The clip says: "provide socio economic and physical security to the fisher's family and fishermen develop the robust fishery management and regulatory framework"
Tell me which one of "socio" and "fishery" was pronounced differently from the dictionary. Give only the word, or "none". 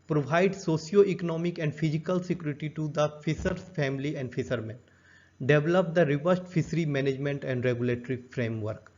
fishery